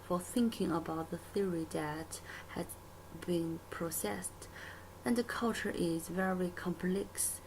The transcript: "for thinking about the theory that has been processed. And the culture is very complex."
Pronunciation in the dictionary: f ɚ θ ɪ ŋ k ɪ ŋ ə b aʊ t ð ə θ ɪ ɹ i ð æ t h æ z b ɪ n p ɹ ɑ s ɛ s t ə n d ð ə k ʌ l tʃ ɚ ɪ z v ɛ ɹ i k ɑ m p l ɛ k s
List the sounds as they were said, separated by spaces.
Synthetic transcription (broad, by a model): f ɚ θ ɪ ŋ k ɪ ŋ ə b aʊ t ð ə θ ɪ ɹ i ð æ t h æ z b ɪ n p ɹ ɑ s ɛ s t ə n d ð ə k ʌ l tʃ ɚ ɪ z v ɛ ɹ i k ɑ m p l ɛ k s